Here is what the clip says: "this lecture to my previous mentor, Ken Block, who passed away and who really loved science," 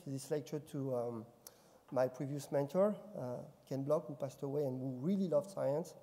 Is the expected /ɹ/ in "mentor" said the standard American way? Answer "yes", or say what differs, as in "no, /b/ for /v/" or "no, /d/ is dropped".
yes